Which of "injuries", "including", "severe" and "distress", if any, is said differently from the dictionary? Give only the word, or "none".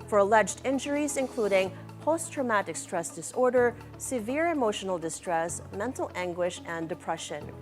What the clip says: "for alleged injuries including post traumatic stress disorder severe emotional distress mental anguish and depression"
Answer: none